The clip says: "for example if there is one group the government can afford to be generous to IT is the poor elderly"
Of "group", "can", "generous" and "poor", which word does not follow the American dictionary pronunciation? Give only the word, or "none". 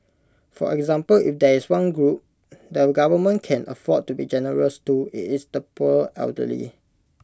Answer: poor